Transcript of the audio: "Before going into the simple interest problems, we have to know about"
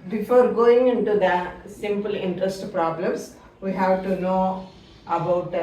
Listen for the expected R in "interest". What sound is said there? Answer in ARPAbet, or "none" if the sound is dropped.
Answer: R